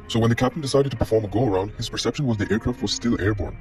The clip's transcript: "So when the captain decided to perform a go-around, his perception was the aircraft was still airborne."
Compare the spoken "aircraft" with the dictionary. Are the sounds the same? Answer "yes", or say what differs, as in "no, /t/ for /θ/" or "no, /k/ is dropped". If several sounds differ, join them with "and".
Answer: yes